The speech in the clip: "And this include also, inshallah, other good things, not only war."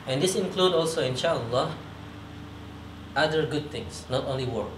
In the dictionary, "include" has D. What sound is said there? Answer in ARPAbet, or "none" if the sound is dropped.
D